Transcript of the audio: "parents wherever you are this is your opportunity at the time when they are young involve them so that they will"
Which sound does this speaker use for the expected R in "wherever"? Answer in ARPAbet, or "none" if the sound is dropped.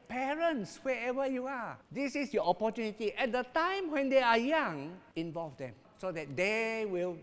none